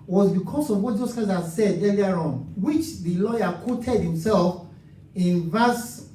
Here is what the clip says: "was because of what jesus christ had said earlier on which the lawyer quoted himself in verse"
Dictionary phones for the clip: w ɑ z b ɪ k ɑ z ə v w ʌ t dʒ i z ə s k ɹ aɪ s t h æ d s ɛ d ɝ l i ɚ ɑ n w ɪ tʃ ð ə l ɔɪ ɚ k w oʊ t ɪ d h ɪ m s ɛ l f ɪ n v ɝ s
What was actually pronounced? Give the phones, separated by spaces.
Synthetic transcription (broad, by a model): w ɑ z b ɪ k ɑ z ə v w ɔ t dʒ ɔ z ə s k aɪ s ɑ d s ɛ d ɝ l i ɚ ɑ n w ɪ tʃ ð ə l ɔɪ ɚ k w oʊ t ɪ d h ɪ m s ɛ l f ɪ n v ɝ s